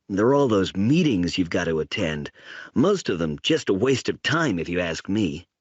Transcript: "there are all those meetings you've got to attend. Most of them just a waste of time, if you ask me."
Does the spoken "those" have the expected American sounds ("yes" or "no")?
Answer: yes